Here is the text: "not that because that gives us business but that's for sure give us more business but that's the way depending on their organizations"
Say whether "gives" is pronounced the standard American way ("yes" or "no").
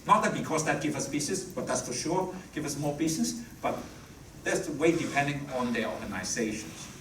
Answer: no